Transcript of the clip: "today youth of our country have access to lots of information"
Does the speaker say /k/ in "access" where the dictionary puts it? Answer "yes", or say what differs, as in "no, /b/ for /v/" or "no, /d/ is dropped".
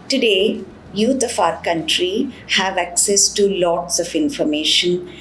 yes